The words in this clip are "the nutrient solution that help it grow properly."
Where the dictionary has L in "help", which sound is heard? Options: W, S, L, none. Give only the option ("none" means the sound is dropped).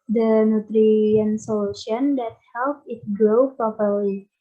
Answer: L